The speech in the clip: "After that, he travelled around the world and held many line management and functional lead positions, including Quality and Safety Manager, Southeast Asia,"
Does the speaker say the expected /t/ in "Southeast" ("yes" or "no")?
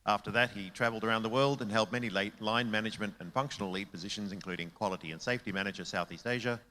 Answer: yes